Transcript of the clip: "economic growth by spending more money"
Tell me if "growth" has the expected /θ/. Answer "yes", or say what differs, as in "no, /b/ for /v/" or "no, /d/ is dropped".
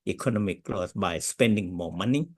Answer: no, /s/ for /θ/